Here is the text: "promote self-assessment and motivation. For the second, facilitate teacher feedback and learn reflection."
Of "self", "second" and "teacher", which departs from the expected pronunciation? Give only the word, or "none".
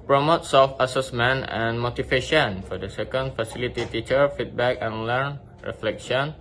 none